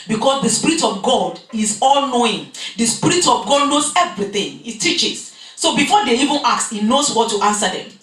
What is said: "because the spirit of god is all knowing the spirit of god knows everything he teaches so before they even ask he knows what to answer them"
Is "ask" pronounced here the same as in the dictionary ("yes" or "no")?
no